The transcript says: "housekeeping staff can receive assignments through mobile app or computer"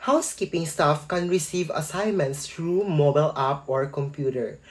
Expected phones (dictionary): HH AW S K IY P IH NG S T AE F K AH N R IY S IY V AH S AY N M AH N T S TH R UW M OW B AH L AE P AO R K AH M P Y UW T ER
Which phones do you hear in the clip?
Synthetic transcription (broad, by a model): HH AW S K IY P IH NG S T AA F K AH N R IY S IY V AH S AY N M AH N T S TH R UW M OW B AH L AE P AO R K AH M P Y UW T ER